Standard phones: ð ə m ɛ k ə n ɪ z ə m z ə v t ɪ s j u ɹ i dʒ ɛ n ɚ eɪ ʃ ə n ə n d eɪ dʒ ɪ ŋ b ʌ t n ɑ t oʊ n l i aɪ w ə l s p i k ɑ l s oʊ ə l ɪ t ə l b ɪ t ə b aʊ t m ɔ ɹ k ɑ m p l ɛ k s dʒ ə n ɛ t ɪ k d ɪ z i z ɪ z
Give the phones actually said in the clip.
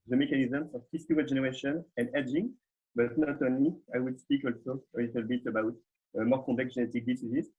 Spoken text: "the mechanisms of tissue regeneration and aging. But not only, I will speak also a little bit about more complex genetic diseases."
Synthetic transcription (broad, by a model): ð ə m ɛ k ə n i z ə m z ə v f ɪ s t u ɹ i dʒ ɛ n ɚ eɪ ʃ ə n ə n d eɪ dʒ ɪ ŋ b ʌ t n ɑ t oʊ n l i aɪ w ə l s p i k ɑ l s oʊ ə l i t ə l b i t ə b aʊ t m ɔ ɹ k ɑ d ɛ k dʒ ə n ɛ t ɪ k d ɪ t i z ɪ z